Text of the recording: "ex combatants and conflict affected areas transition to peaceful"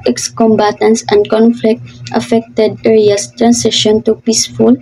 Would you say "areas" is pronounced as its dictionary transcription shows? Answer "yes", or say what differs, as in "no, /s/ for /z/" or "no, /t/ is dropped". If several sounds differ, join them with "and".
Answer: no, /s/ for /z/